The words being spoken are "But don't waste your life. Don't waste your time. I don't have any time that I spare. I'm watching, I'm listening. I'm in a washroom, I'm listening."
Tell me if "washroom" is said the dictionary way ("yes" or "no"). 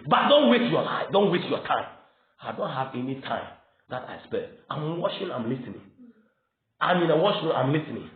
no